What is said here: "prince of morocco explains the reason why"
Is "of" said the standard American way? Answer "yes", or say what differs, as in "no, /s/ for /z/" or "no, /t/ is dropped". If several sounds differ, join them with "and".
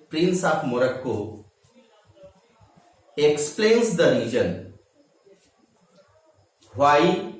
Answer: no, /p/ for /v/